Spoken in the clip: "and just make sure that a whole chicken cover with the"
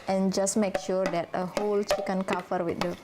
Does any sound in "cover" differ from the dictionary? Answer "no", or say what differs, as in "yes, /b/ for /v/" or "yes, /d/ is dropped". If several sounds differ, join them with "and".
yes, /f/ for /v/